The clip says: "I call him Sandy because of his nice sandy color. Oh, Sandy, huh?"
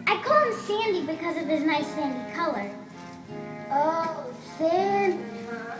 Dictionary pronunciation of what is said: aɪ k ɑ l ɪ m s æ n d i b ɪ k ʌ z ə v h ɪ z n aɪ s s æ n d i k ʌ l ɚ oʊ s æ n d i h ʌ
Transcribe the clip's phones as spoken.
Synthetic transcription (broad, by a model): aɪ k ɑ l ɪ m s æ n d i b ɪ k ʌ z ə v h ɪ s n aɪ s s æ n d i k ʌ l ɚ oʊ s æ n